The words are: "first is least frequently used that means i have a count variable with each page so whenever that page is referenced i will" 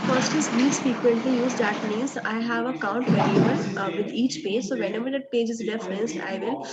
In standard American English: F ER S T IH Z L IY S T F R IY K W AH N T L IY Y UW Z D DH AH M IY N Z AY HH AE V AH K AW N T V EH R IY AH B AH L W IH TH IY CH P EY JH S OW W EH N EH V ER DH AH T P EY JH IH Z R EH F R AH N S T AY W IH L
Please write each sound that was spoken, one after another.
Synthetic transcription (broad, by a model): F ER S T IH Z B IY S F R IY K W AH N T L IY Y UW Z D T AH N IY Z AY HH AE V AH K AW N T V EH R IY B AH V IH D IY CH P EY JH S OW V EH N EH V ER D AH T P EY JH IH Z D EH F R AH N S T AY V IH L